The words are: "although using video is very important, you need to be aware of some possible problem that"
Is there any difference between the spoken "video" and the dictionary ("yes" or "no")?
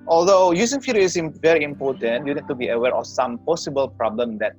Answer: yes